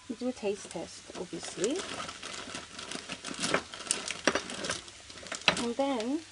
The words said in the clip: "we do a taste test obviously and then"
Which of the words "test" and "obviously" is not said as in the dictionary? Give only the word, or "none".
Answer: obviously